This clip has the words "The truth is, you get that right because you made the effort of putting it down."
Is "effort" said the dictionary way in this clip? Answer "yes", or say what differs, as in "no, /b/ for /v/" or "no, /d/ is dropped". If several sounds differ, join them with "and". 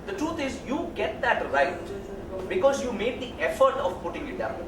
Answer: yes